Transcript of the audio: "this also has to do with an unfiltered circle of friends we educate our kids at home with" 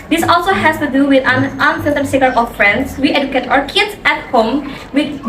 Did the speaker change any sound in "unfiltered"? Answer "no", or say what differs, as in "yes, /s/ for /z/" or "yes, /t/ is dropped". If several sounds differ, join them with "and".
yes, /l/ is dropped